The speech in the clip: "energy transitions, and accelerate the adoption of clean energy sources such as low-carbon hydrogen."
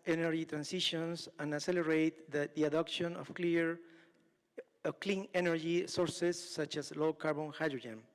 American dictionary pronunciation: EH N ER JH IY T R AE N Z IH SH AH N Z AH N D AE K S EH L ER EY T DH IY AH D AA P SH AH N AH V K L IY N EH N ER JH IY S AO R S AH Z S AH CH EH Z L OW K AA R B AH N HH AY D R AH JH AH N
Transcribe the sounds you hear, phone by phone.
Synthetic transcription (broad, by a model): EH N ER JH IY T R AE N S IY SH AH N S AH N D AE S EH L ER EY T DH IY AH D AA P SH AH N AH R K L IY N EH N ER JH IY S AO R S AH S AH CH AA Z L OW K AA R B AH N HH AY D R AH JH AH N